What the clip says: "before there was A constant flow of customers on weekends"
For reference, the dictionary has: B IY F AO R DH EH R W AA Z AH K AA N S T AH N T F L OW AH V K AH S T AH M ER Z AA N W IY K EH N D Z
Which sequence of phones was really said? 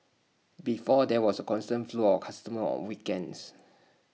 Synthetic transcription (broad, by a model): B IY F AO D EH W AA S AH K AA N S T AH N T F L OW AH F K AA S T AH M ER AA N W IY K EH N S